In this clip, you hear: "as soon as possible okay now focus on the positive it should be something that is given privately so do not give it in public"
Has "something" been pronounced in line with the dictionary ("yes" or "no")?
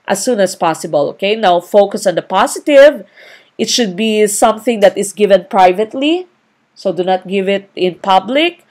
yes